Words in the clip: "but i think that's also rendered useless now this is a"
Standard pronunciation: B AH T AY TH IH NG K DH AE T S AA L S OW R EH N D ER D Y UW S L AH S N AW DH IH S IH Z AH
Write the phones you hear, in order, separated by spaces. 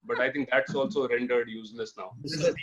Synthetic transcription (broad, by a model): B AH T AY T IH NG K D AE T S AA L S OW R EH N D ER D Y UW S L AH S N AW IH IH